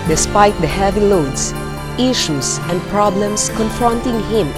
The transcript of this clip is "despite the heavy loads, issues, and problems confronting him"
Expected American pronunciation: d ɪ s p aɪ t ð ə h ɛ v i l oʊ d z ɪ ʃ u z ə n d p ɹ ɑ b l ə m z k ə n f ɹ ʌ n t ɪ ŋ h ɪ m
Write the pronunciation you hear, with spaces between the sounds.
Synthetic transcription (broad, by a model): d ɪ s p aɪ t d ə h ɛ v i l oʊ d s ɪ ʃ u s ə n d p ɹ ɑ b l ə m s k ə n f ɹ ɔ n t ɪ ŋ h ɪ m